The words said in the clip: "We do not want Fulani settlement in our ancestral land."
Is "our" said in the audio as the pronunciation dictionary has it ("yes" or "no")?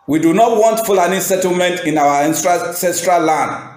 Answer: no